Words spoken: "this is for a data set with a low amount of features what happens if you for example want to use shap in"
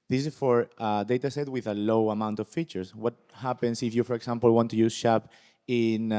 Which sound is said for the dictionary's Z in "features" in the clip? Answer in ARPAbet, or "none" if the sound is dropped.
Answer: S